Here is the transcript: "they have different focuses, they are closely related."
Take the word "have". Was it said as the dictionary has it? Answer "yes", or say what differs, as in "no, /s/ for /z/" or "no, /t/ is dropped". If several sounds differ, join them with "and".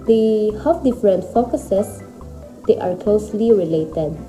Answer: no, /f/ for /v/